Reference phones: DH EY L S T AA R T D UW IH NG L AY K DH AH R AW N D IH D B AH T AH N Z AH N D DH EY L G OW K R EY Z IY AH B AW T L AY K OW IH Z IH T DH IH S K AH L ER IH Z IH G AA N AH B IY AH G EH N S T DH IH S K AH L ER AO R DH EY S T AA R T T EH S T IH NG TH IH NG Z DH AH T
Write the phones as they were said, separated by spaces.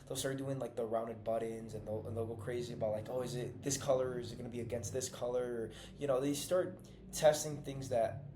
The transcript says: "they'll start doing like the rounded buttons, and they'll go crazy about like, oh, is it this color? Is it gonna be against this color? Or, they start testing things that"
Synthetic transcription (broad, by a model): DH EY L S T AA R T D UW IH NG L AY K DH AH R AW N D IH D B AH T AH N Z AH N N DH EY L G OW K R EY Z IY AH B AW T L AY K OW IH Z IH T DH IH S K AH L ER IH Z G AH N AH B IY AH G EH N S T DH IH S K AH L ER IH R DH EY S T AA R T T EH S T IH NG TH IH NG Z DH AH T